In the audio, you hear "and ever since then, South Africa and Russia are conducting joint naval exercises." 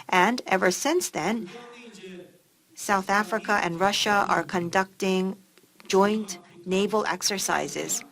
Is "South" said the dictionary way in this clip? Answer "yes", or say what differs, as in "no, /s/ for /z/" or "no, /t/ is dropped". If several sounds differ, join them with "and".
yes